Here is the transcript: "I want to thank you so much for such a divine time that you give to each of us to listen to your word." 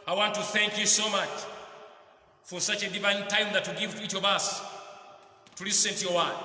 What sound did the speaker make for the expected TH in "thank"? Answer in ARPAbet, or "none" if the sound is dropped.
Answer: TH